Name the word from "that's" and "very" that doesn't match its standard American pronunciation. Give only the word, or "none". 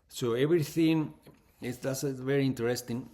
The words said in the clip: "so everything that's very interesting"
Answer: that's